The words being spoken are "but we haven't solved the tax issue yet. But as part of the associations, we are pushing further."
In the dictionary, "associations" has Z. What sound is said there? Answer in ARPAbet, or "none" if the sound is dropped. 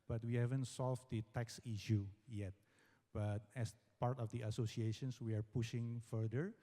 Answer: S